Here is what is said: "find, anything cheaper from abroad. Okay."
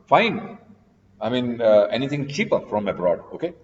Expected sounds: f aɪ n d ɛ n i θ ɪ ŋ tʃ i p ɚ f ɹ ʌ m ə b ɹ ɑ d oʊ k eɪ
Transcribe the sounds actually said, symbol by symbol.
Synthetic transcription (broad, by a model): f aɪ n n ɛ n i t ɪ ŋ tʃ i p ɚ f ɹ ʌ m ə b ɹ ɑ d oʊ k eɪ